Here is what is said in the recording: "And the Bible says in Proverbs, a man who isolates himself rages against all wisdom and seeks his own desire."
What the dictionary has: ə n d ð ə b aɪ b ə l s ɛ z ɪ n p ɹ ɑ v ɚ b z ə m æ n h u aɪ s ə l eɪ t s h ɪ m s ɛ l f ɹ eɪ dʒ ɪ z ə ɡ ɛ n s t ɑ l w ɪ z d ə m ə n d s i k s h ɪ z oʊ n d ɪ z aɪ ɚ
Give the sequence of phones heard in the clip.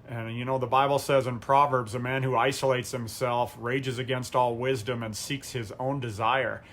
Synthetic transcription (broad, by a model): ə n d ð ə b aɪ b l s ɛ z ɪ n p ɹ ɑ v ɚ b z ə m æ n h u aɪ s ə l eɪ t s h ɪ m s ɛ l f ɹ eɪ dʒ ɪ z ə ɡ ɛ n s t ɑ l w ɪ z d ə m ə n s i k s h ɪ z oʊ n d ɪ z aɪ ɚ